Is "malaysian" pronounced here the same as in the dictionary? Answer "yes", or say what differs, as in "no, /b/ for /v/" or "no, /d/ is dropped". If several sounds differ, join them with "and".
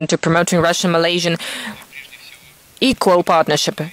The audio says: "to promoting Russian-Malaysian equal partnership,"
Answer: yes